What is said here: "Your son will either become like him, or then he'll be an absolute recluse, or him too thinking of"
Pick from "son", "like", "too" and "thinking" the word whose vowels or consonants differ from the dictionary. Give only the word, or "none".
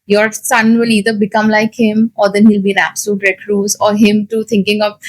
thinking